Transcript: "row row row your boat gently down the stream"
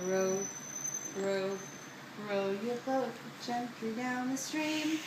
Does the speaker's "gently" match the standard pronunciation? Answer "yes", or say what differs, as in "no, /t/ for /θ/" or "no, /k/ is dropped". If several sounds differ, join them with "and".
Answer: no, /l/ is dropped